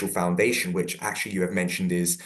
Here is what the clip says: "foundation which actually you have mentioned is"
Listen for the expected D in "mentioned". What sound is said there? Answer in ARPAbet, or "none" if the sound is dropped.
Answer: D